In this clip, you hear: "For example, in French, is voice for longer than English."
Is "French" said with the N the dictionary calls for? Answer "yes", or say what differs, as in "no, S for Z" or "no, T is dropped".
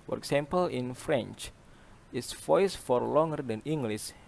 yes